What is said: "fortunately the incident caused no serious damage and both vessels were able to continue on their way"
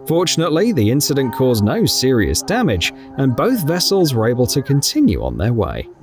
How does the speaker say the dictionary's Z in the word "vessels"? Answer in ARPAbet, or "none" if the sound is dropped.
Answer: Z